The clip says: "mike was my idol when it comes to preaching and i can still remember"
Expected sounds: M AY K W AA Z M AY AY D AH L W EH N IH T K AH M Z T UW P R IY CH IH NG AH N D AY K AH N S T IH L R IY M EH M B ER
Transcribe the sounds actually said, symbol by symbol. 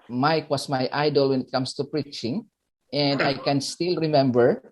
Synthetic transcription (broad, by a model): M AY K W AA S M AY AY D AH L W EH N IH T K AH M S T UW P R IY CH IH NG AH N D AY K AH N S T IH L R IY M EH M B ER